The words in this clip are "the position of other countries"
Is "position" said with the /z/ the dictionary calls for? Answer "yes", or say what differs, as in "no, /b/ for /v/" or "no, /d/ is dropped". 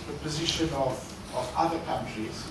yes